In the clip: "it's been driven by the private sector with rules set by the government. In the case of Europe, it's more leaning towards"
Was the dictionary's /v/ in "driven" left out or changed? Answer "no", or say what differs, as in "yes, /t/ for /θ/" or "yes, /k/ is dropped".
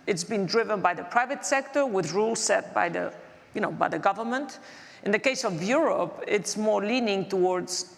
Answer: no